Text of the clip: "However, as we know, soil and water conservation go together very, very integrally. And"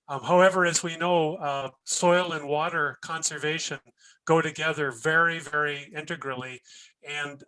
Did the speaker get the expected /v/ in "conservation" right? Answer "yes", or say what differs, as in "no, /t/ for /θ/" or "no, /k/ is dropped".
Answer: yes